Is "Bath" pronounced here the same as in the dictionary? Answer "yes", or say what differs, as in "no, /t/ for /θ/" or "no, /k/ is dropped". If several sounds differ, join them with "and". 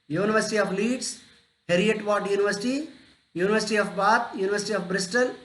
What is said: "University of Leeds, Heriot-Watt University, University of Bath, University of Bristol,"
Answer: no, /t/ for /θ/